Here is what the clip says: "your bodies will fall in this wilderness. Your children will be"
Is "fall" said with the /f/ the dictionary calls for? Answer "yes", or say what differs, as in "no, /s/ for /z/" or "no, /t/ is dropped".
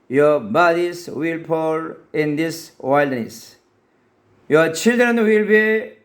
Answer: no, /p/ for /f/